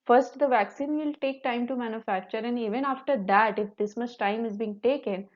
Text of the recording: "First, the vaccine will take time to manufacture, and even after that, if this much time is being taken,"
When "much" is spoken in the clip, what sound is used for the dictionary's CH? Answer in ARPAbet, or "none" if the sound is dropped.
S